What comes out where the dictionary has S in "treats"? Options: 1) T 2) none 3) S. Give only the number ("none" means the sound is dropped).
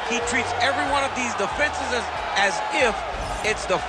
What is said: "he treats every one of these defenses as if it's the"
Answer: 3